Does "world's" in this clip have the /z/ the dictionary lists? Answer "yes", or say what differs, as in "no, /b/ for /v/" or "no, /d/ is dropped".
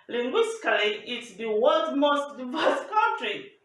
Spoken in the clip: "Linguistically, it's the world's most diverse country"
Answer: no, /z/ is dropped